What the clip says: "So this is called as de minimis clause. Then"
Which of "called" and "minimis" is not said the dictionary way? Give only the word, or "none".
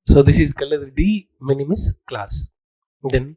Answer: called